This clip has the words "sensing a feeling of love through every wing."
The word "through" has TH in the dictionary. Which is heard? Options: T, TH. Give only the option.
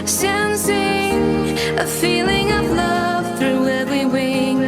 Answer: TH